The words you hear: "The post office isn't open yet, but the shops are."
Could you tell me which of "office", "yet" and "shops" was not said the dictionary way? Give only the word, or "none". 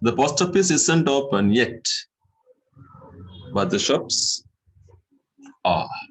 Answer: office